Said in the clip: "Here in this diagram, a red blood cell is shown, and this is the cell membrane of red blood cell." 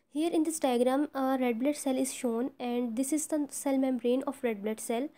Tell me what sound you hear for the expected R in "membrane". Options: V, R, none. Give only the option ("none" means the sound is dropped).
R